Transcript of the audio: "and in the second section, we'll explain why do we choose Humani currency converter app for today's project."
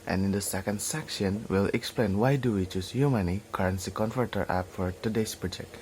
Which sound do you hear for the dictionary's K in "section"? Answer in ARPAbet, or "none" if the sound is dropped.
K